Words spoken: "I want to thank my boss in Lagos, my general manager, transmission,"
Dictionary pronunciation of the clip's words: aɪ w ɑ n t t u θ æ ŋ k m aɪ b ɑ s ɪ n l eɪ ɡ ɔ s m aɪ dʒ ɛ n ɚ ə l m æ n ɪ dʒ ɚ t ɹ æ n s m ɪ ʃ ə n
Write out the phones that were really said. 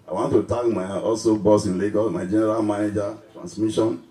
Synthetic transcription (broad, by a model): aɪ w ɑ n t t u t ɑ k m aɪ b ɑ s ɪ n l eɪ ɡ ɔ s m aɪ dʒ ɛ n ɚ ə l m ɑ n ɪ dʒ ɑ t ɹ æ n s m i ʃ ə n